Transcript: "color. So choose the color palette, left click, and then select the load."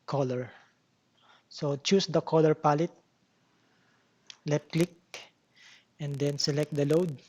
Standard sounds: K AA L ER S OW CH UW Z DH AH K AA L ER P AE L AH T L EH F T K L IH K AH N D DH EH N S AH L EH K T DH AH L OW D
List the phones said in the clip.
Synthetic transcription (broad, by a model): K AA L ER S OW CH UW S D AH K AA L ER P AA L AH T L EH T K L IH K AH N D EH N S AH L EH K T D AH L OW D